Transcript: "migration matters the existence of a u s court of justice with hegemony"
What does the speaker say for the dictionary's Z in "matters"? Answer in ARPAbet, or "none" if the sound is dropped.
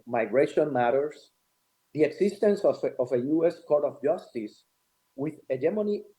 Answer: S